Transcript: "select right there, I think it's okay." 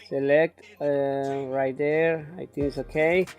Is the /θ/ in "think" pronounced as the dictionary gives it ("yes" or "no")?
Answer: no